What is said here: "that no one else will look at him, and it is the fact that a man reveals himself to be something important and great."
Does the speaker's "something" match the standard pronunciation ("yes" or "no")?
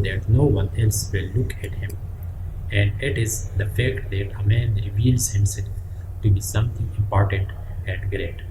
no